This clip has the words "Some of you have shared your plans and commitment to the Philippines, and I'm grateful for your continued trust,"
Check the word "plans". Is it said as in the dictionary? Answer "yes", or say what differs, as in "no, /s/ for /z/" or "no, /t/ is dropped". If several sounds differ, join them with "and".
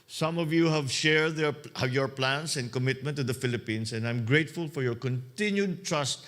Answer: no, /s/ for /z/